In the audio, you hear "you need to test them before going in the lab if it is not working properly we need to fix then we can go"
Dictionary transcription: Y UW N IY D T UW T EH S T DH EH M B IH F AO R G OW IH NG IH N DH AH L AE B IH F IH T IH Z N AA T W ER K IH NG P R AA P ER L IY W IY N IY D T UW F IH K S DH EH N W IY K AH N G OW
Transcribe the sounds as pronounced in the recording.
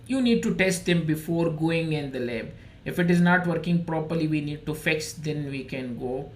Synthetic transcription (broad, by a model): Y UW N IY D T UW T EH S T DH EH M B IH F AO R G OW IH NG IH N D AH L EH B IH F IH T IH Z N AA T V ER K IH NG P R AA P ER L IY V IY N IY D T UW F IH K S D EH N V IY K AH N G OW